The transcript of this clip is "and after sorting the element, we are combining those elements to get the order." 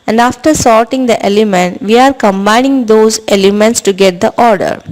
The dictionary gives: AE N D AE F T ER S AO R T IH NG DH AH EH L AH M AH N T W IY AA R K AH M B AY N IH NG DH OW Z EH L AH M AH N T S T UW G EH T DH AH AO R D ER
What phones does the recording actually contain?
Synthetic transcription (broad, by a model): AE N D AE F T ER S AO R T IH NG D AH EH L AH M AH N T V IY AA R K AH M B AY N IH NG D OW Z EH L AH M AH N T S T UW G EH T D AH AO R D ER